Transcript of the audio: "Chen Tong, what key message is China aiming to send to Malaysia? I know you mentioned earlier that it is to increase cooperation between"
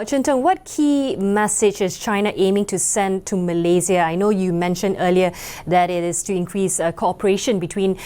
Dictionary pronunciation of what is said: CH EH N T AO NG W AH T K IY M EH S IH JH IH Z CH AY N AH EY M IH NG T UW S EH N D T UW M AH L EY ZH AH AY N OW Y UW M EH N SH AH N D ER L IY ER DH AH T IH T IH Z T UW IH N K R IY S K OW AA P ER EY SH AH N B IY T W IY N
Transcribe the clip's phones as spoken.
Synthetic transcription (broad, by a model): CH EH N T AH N W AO T K IY M EH S IH JH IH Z CH AY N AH EY M IH NG T UW S EH N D T UW M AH L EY Z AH AY N OW Y UW M EH N SH AH N D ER L IY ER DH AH T IH T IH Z T UW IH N K R IY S K OW AA P ER EY SH AH N B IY T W IY N